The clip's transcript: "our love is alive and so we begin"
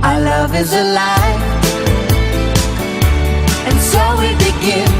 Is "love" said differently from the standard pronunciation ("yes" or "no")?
no